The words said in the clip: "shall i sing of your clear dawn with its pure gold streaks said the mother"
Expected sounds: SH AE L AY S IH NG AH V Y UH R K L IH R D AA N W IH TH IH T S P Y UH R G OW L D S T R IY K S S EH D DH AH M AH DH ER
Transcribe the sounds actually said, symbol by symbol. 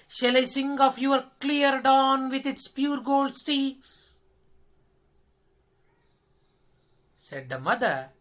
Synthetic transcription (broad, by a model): SH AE L AY S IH NG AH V Y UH R K L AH R D AA N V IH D IH T S P Y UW R G OW L D S T IY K S S EH D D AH M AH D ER